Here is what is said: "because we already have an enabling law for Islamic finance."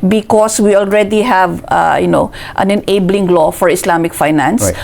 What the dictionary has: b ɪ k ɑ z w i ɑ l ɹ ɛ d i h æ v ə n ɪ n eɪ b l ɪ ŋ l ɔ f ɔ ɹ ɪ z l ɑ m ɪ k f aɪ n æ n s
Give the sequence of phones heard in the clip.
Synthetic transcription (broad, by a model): b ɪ k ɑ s w i ɑ l ɹ ɛ d i h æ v ə n ɪ n eɪ b l ɪ ŋ l ɔ f ɔ ɹ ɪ s l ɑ m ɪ k f aɪ n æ n s